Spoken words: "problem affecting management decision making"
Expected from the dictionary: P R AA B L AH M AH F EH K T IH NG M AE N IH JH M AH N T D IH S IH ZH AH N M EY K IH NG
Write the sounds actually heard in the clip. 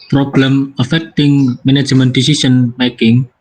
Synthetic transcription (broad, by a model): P R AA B L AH M AH F EH K T IH NG M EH N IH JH M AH N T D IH S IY S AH N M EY K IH NG